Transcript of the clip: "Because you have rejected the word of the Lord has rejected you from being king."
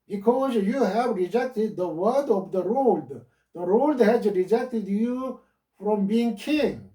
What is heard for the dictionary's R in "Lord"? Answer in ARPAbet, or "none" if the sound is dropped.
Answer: L